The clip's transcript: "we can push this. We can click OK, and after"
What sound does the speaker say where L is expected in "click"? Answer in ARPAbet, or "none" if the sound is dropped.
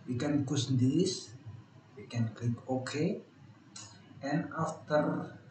none